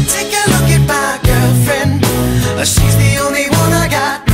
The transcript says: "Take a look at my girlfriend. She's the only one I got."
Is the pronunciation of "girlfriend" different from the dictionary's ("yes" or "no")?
yes